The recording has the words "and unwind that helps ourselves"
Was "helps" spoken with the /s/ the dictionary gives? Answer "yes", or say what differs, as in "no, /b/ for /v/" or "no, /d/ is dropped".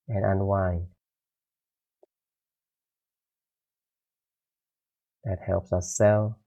yes